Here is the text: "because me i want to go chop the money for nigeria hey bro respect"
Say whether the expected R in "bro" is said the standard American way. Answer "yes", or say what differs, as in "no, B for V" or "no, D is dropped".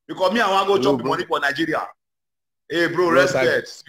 yes